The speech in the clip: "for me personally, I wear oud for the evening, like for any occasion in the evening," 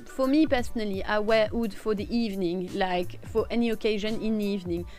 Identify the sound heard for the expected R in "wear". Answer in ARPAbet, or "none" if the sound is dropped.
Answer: W